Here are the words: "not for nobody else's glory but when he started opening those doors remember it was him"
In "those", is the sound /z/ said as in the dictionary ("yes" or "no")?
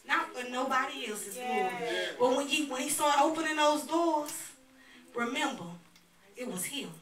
yes